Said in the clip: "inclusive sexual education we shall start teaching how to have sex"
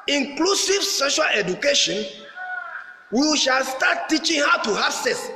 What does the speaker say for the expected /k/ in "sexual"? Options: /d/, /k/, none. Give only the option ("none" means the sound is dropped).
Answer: none